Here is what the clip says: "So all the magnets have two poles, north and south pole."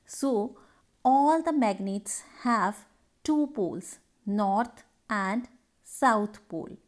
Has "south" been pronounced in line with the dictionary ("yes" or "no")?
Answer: no